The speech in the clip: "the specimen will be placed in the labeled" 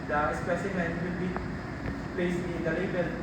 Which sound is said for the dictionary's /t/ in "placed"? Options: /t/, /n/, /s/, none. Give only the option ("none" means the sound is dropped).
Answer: none